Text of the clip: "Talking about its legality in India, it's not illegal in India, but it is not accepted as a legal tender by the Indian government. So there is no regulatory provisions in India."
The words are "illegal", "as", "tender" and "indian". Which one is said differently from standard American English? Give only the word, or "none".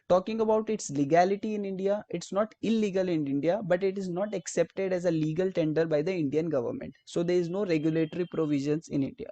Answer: none